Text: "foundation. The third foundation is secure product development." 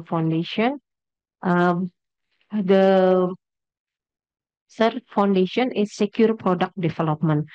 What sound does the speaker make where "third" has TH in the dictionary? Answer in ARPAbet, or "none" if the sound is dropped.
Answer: S